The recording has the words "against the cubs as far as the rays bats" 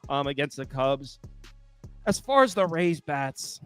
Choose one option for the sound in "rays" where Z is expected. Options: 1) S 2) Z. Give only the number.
2